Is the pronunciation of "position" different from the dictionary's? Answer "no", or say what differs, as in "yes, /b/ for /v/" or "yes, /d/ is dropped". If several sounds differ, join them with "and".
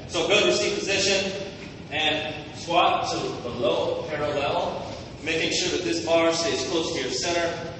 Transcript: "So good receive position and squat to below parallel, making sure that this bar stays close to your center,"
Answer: no